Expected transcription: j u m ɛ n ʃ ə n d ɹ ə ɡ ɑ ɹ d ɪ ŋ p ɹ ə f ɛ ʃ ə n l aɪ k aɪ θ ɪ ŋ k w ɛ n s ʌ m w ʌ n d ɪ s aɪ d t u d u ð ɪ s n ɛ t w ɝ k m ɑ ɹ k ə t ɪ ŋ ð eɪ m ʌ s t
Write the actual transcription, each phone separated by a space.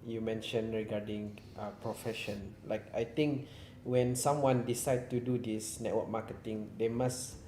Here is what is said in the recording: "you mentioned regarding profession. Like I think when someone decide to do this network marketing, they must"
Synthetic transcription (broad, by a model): j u m ɛ n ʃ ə n ɹ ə ɡ ɑ d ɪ ŋ p ɹ ə f ɛ ʃ ə n l aɪ k aɪ t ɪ ŋ k w ɛ n s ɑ m w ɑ n d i s aɪ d t u d u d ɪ s n ɛ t w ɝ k m ɑ k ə t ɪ ŋ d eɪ m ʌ s